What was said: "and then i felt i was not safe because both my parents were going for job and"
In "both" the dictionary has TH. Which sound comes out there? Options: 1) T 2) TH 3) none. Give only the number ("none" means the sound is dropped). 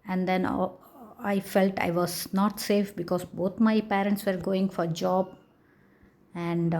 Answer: 1